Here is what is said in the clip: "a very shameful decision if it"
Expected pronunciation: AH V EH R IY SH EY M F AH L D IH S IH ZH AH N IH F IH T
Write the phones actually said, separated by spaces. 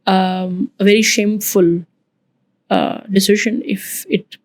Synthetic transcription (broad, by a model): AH V EH R IY SH EY M F AH L D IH S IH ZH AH N IH F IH T